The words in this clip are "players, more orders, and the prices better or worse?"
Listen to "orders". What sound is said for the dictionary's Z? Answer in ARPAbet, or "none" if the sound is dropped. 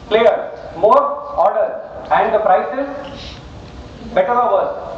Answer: none